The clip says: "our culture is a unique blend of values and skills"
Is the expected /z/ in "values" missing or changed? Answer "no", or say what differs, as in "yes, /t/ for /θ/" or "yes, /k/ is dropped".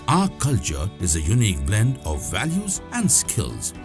no